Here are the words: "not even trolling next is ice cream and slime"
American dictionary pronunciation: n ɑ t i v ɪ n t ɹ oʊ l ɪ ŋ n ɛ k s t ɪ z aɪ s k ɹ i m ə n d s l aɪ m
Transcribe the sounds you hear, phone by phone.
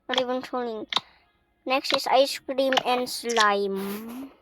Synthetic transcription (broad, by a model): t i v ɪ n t oʊ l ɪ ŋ n ɛ k s t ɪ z aɪ s k ɹ i m ə n d s l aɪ m